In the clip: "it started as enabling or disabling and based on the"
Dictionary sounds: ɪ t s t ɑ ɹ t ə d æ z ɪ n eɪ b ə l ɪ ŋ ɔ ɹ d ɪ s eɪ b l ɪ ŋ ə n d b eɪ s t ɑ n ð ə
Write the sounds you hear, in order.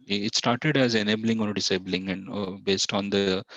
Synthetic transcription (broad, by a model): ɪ t s t ɑ ɹ t ə d æ z ɪ n eɪ b ə l ɪ ŋ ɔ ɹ d ɪ s eɪ b l ɪ ŋ ə n d b eɪ s t ɑ n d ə